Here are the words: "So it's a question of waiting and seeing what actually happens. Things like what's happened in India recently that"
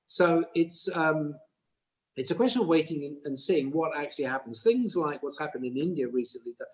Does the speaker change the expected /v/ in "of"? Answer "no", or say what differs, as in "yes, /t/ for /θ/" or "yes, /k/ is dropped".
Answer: no